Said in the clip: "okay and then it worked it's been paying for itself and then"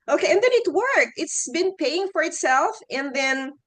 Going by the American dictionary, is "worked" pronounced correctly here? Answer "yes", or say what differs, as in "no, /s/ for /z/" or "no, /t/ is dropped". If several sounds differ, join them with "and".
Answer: no, /t/ is dropped